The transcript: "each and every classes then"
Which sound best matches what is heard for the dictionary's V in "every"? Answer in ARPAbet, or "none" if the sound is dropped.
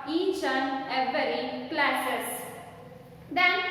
none